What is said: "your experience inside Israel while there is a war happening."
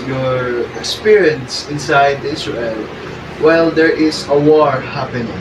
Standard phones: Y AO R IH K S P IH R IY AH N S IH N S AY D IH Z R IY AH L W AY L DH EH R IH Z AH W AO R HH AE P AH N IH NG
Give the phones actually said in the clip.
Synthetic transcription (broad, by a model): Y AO R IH K S P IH R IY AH N S IH N S AY D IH S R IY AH L W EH L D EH R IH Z AH W AO R HH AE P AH N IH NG